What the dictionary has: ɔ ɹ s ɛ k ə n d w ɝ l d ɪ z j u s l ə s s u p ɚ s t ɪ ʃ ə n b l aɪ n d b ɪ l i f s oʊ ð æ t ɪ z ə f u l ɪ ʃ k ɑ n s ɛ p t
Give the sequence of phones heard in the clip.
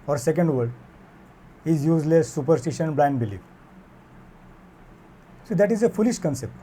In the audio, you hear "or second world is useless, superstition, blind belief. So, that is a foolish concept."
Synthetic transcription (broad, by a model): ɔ ɹ s ɛ k ə n d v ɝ d ɪ z j u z l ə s s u p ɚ s t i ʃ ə n b l aɪ n d b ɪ l i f s oʊ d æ t ɪ z ə f u l ɪ ʃ k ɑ n s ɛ p t